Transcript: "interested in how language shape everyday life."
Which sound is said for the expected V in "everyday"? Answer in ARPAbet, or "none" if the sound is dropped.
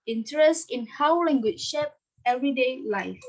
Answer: V